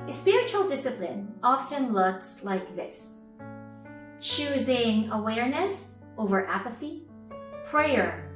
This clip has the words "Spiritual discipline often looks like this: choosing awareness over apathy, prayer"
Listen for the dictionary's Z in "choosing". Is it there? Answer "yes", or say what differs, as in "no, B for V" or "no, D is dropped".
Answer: yes